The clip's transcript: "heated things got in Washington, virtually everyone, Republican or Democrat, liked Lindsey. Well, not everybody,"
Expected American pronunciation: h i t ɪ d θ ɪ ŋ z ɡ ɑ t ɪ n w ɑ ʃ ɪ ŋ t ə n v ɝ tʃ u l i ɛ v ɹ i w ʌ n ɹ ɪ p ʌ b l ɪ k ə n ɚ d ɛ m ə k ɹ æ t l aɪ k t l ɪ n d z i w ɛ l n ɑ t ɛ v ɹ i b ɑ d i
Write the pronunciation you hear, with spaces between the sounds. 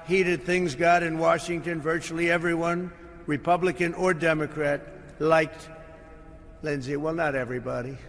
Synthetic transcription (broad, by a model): h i t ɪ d θ ɪ ŋ z ɡ ɑ t ɪ n w ɑ ʃ ɪ ŋ t ə n v ɝ tʃ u l i ɛ v ɹ i w ʌ n ɹ ɪ p ʌ b l ɪ k ə n ɚ d ɛ m ə k ɹ æ t l aɪ k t l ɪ n z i w ɛ l n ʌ t ɛ v ɹ i b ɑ d i